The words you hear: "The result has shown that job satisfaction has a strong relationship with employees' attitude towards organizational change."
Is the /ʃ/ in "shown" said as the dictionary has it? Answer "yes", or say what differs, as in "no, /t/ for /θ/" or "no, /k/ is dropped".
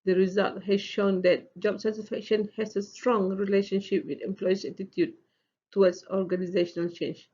yes